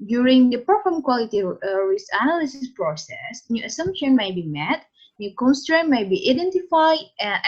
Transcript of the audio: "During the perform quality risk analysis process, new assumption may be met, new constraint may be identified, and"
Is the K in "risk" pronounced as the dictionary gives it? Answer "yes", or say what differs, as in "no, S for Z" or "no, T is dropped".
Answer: no, K is dropped